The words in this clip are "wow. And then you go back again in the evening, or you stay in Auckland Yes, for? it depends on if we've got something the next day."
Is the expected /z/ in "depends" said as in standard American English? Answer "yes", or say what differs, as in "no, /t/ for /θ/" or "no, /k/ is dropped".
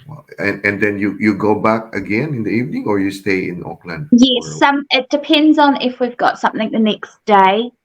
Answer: yes